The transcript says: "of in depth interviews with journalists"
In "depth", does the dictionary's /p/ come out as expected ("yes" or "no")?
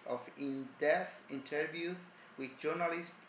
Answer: no